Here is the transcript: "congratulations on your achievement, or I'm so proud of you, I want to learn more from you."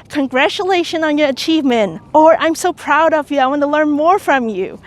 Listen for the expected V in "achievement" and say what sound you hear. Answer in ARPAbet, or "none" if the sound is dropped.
V